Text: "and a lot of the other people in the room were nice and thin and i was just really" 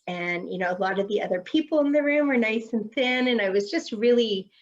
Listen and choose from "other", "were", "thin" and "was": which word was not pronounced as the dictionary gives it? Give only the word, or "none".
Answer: none